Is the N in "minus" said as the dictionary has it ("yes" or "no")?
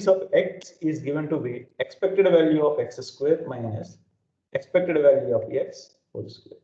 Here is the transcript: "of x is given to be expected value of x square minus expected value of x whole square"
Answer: no